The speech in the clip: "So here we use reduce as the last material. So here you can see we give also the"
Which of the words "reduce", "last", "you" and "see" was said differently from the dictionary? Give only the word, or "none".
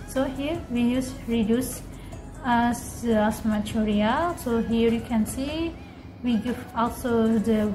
last